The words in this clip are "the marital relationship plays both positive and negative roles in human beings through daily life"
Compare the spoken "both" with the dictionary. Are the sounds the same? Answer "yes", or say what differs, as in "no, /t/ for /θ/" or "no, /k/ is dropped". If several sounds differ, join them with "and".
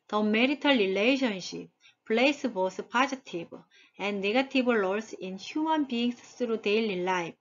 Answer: no, /s/ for /θ/